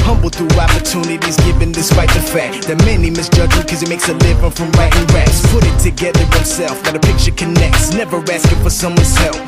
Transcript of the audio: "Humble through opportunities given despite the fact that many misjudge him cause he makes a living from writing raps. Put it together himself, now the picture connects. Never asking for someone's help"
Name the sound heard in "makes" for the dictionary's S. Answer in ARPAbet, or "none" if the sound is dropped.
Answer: S